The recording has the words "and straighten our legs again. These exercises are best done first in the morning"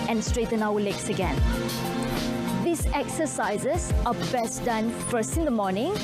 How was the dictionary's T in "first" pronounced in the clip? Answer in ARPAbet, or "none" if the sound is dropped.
none